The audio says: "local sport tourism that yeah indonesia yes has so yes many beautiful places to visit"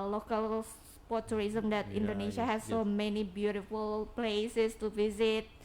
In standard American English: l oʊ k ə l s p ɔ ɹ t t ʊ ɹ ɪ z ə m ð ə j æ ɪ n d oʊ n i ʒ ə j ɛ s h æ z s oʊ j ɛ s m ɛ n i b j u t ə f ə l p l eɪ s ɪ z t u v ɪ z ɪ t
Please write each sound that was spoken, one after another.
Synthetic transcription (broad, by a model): l oʊ k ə l s p ɔ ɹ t t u ɹ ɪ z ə m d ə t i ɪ n d oʊ n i ʃ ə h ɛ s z s oʊ m ɛ n i b j u t ə f ə l p l eɪ s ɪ s t u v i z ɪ t